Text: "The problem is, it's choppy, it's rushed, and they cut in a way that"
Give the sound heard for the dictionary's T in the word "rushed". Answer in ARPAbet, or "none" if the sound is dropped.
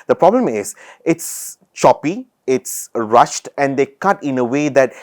T